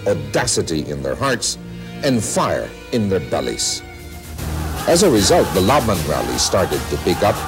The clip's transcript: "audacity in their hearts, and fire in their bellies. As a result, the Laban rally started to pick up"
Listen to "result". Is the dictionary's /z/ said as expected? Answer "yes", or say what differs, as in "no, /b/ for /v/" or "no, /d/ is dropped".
yes